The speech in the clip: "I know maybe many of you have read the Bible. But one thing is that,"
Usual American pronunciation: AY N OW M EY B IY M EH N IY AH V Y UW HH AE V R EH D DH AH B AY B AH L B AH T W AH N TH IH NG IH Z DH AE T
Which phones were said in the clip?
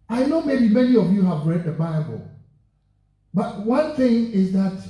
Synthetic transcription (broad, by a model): AY N OW M EY B IY M EH N IY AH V Y UW HH AE V R EH D DH AH B AY B AH L B AH T W AH N TH IH NG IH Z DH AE T